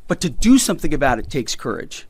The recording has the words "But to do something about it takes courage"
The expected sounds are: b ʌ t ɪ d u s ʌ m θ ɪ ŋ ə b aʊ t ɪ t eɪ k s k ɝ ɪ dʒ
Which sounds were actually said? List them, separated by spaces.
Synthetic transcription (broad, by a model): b ʌ t ɪ d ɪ s ʌ m θ ɪ ŋ ə b aʊ t ɪ t eɪ k s k ɝ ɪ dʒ